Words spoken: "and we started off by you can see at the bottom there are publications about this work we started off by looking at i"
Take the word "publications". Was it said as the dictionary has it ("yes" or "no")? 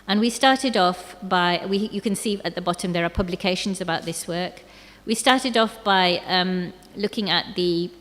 yes